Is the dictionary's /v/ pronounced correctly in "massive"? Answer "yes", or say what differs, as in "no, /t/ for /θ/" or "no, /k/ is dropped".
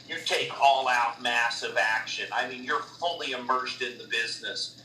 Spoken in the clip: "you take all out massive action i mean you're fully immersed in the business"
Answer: yes